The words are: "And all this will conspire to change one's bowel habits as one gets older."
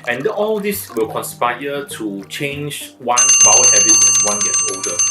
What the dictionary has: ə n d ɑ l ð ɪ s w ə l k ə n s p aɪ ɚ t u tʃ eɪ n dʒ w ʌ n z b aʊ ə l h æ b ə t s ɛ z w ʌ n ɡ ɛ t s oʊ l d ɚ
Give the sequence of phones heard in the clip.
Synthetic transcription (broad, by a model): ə n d ɑ l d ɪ s w ə l k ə n s p aɪ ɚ t u tʃ eɪ n dʒ w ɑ n b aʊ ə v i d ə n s w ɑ n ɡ ɛ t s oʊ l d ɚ